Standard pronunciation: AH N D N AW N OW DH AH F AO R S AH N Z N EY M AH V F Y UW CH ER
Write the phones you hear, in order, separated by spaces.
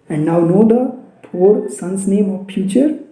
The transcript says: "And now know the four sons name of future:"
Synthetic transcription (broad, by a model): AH N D N AW N OW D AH P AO R S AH N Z N EY M AH V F Y UW CH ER